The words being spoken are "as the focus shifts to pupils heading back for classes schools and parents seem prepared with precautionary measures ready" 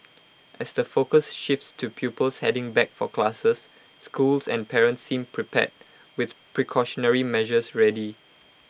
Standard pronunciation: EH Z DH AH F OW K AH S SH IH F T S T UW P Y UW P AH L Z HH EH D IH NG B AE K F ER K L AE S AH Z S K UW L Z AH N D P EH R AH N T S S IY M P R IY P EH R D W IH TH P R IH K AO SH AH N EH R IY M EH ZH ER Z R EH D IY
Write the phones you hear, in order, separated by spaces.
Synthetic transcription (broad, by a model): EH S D AH F OW K AH S SH IH F T S T UW P Y UW P AH L S HH EH D IH NG B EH K F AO K L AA S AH S K UW L S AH N P EH R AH N T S S IY M P R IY P EH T W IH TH P R IH K AO SH AH N EH R IY M EH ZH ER S R EH D IY